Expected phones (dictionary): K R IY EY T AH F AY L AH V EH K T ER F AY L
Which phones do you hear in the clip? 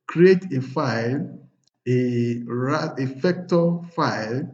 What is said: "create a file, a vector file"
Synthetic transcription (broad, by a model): K R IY EY T AH F AY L AH F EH K T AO F AY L